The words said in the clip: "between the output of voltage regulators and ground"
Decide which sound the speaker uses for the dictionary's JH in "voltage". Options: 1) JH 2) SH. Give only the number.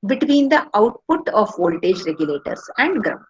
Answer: 1